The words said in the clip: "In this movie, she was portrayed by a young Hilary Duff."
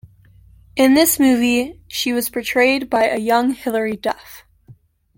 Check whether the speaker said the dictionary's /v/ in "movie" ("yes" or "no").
yes